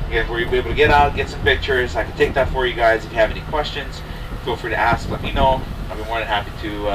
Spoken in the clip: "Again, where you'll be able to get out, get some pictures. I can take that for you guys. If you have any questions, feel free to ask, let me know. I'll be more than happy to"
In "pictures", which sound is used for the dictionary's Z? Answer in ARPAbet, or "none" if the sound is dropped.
Z